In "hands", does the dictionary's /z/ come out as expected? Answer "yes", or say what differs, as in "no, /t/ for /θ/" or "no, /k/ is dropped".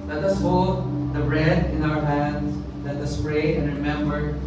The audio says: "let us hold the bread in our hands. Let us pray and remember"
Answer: no, /s/ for /z/